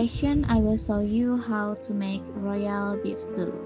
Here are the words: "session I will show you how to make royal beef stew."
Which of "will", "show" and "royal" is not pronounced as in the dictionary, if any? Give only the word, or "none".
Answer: show